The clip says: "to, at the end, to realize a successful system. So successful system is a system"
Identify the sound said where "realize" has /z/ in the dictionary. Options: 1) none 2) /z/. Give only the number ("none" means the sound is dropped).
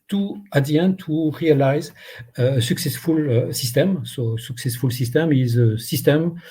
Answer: 2